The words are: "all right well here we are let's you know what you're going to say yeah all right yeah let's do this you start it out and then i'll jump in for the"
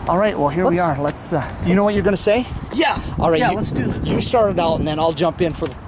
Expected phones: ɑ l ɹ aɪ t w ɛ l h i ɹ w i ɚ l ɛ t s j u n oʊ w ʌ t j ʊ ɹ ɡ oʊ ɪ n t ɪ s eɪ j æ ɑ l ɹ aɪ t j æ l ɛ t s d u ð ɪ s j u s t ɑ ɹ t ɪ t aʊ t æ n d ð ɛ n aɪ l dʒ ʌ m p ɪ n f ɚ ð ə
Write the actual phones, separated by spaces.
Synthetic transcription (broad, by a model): ɑ l ɹ aɪ t w ɛ l h i ɹ w i ɚ l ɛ t s j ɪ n oʊ w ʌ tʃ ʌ ɹ ɡ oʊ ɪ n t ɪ s eɪ j æ ɑ l ɹ aɪ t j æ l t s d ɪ j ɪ s t ɑ ɹ t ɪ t aʊ t n ð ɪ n aɪ l dʒ ʌ m p ɪ n f ɚ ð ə